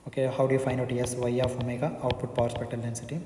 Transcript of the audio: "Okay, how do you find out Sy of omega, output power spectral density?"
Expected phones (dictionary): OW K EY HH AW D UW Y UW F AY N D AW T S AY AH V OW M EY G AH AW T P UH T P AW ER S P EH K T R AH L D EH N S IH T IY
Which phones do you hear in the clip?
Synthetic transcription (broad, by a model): OW K EY HH AW D UW Y UW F AY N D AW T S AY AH F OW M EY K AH AW T P UH T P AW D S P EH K T AH L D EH N S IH T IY